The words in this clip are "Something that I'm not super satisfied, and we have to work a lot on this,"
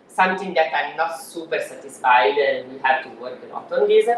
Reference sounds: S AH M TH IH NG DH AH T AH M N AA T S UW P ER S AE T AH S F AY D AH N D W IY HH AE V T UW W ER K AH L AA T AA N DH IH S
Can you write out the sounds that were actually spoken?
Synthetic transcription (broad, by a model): S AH M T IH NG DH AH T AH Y N AA T S UW P ER S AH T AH S F AY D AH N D W IY HH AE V T UW W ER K AH N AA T AA N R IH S